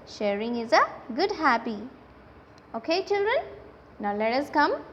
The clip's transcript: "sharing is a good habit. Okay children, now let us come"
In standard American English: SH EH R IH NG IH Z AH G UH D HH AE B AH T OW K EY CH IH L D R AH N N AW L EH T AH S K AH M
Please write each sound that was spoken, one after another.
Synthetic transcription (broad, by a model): SH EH R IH NG IH Z AH G UH D HH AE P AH OW K EY CH IH L D R AH N N AW L EH T AH S K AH M